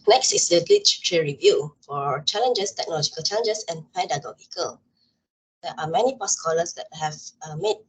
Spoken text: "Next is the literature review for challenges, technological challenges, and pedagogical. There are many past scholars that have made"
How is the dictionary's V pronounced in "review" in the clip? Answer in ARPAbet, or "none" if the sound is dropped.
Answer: V